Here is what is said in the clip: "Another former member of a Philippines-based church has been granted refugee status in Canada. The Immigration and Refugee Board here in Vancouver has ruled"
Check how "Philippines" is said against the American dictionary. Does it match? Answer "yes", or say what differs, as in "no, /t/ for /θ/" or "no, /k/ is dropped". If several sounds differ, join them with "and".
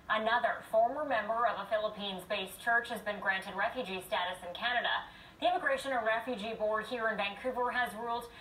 yes